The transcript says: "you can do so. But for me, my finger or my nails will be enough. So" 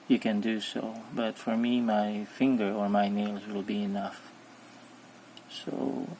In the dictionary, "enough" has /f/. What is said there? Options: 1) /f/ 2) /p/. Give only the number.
1